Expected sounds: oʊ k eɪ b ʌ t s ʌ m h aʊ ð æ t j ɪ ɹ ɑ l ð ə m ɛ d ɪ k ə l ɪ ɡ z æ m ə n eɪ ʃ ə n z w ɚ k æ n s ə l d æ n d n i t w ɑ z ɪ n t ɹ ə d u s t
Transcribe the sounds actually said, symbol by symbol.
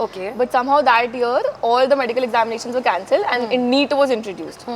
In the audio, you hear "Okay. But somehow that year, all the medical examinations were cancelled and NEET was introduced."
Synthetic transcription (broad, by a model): oʊ k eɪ b ʌ t s ʌ m h aʊ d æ t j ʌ ɹ ɑ l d ə m ɛ d ɪ k ə l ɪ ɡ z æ m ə n eɪ ʃ ə n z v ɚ k æ n s ə l d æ n d n i t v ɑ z ɪ n t ɹ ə d u s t